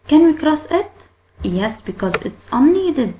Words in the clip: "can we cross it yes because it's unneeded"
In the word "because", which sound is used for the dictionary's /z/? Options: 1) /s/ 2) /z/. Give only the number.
2